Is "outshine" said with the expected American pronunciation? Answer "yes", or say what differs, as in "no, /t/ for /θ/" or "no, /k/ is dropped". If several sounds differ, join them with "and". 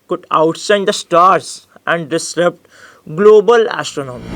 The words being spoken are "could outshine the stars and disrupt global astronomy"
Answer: no, /s/ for /tʃ/